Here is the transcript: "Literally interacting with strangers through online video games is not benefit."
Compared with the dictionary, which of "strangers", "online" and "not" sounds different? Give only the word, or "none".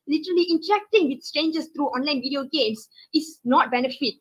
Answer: strangers